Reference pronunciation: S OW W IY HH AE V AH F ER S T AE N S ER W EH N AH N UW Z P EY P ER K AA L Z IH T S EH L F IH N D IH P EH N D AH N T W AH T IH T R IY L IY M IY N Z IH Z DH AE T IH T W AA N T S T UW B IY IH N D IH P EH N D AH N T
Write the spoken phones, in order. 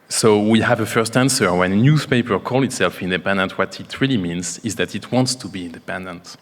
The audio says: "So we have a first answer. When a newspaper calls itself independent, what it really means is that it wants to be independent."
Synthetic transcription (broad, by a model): S OW W IY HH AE V AH F ER S T AE N S ER W EH N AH N UW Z P EY P ER K AA L IH T S EH L F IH N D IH P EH N D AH N T W AH T IH T R IY L IY M IY N Z IH Z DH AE T IH T W AA N T S T UW B IY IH N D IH P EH N D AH N T